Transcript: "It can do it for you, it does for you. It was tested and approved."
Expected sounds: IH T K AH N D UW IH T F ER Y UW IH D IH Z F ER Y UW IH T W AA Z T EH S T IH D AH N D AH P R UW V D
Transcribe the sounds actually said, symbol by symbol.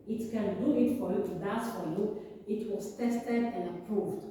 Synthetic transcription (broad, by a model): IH T K AH N D UW IH T F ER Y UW IH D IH S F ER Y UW IH T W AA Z T EH S T IH D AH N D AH P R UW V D